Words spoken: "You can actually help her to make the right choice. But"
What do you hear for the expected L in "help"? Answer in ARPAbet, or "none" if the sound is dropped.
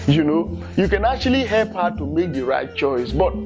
L